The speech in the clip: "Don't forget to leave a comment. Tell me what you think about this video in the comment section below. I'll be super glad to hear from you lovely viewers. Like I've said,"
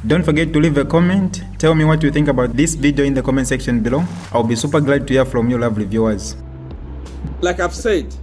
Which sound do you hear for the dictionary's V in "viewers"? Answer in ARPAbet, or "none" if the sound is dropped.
V